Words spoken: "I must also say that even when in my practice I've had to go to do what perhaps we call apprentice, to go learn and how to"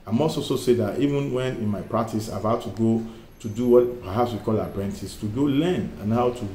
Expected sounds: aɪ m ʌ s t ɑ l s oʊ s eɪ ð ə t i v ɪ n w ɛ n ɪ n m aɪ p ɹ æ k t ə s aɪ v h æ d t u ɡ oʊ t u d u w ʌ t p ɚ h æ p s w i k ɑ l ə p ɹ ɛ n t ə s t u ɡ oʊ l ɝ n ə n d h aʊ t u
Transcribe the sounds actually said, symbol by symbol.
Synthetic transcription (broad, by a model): aɪ m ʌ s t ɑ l s oʊ s eɪ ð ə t i v ɪ n w ɛ n ɪ n m aɪ p ɹ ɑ k t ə s aɪ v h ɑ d t u ɡ oʊ t u d u w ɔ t p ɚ h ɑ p s w i k ɑ l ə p ɹ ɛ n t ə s t u ɡ oʊ l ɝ n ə n h aʊ t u